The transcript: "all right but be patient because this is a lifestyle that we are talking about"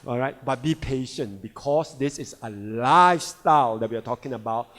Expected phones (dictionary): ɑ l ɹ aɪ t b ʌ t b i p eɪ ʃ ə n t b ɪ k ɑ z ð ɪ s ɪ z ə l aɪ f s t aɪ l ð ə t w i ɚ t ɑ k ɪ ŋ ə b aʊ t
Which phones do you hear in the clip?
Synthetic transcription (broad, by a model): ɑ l ɹ aɪ t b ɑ t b i p eɪ ʃ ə n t b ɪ k ɑ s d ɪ s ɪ s ə l aɪ f s t aɪ l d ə t w i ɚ t ɑ k ɪ ŋ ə b aʊ t